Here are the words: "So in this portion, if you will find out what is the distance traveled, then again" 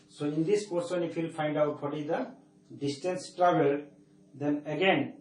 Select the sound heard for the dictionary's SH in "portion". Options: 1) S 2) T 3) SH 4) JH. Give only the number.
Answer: 1